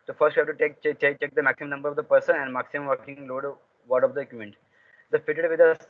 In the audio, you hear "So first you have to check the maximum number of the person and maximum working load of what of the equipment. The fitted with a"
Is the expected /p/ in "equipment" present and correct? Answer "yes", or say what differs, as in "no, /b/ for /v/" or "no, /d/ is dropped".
no, /p/ is dropped